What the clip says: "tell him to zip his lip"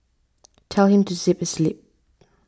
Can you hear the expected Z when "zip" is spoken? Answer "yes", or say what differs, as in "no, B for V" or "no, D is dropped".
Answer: no, S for Z